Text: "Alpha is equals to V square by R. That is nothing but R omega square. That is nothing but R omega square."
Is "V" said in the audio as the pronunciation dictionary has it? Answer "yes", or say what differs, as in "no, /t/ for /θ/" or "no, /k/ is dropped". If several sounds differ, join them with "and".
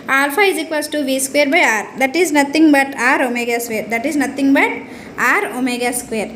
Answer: no, /b/ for /v/